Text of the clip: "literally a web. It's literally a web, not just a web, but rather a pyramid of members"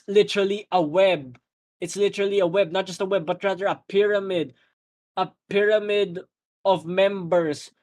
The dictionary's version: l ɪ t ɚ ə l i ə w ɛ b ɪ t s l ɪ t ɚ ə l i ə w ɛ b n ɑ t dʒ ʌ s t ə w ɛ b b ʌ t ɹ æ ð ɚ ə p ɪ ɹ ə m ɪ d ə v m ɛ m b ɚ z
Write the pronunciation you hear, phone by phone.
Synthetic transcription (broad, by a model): l ɪ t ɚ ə l i ə w ɛ b ɪ t s l ɪ t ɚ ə l i ə w ɛ b n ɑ t dʒ ʌ s t ə w ɛ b b ʌ t ɹ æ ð ɚ ə p ɪ ɹ ə m ɪ d ə v m ɛ m b ɚ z